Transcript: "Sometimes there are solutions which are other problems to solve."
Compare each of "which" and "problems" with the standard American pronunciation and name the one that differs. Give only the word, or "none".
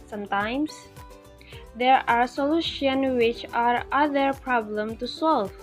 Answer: problems